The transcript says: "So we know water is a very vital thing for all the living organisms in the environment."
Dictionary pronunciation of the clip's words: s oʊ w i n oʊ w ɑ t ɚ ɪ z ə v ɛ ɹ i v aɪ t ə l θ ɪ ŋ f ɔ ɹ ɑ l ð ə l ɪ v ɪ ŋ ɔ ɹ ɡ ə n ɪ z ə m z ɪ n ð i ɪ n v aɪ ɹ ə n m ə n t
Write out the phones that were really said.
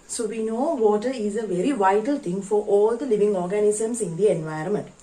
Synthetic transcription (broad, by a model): s oʊ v i n oʊ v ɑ t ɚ ɪ z ə v ɛ ɹ i v aɪ t ə l t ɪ ŋ f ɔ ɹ ɑ l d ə l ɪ v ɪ ŋ ɔ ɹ ɡ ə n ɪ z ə m s ɪ n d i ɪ n v aɪ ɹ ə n m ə n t